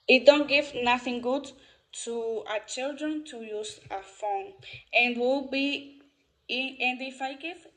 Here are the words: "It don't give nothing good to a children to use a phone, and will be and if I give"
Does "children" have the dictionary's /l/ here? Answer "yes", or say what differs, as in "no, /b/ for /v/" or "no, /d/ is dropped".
yes